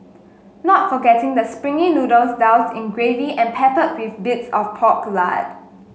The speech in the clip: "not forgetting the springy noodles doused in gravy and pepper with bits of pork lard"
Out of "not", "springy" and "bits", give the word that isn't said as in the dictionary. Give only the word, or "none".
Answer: none